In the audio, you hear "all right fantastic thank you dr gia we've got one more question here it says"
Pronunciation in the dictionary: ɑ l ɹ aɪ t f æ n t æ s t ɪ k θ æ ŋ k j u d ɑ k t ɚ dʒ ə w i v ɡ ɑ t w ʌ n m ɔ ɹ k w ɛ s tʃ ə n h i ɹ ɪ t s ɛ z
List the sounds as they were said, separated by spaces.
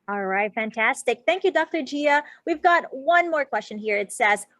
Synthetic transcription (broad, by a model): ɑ l ɹ aɪ t f æ n t æ s t ɪ k θ æ ŋ k j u d ɑ k t ɚ dʒ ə w i v ɡ ɑ t w ʌ n m ɔ ɹ k w ɛ s tʃ ə n h i ɹ ɪ t s ɛ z